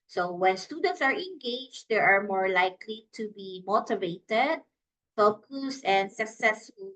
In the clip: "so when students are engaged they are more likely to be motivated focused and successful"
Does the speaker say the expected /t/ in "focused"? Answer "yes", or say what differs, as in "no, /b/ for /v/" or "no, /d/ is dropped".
no, /t/ is dropped